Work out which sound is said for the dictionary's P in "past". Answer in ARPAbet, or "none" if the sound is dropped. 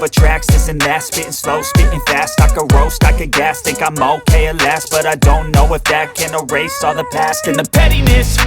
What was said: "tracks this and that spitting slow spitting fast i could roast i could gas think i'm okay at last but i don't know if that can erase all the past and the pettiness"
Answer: P